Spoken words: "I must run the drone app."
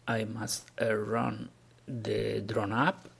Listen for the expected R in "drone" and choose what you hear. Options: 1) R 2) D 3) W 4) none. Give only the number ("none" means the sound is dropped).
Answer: 1